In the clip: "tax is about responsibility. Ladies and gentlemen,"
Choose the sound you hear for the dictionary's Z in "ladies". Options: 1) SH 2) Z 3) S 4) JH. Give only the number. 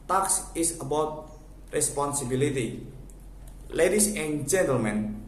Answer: 3